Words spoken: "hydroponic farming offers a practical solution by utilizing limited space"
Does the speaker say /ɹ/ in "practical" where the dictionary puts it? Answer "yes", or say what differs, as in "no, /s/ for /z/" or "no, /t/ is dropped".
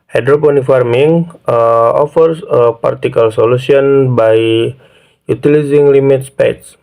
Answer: no, /ɹ/ is dropped